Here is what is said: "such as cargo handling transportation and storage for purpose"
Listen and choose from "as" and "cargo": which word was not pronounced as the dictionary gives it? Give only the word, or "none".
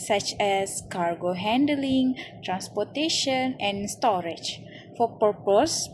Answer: as